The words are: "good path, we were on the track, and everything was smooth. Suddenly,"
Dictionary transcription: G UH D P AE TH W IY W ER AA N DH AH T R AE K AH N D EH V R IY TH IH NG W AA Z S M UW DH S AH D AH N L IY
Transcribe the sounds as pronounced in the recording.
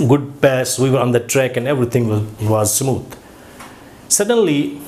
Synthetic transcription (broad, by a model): G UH D P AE S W IY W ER AA N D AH T R AE K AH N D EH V R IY T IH NG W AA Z S M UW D S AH D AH N L IY